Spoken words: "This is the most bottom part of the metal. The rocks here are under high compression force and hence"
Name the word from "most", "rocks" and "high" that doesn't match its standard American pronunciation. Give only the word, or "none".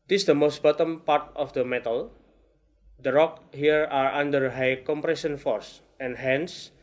rocks